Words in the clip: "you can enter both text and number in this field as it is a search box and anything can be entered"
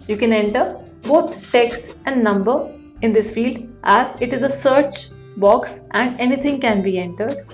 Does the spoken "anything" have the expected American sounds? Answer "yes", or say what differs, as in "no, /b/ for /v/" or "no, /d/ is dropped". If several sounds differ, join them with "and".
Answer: no, /t/ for /θ/